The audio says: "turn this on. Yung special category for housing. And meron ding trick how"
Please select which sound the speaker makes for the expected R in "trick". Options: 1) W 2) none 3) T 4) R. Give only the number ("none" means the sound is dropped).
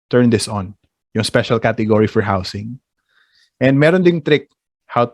4